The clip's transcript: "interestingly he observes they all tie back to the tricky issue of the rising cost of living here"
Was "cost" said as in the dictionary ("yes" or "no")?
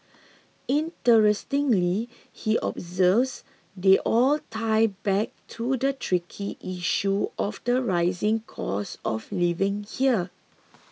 no